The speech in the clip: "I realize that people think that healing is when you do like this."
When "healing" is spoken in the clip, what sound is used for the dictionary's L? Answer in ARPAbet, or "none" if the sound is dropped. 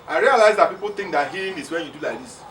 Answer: none